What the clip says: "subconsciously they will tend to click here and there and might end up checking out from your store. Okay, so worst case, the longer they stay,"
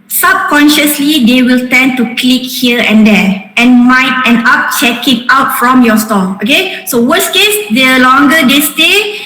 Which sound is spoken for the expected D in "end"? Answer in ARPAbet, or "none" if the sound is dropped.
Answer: none